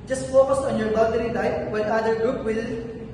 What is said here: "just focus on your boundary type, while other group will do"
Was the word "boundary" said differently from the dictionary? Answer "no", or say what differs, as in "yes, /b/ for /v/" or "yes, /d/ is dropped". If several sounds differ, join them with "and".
yes, /n/ is dropped